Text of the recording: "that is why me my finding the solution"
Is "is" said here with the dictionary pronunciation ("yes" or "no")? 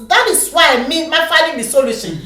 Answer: no